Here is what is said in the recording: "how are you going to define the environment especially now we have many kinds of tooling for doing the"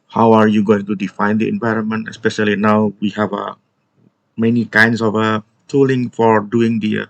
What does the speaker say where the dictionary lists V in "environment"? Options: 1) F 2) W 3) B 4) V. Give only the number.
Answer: 4